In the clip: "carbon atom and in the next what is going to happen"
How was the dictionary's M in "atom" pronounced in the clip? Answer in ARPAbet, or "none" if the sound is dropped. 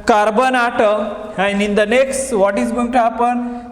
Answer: none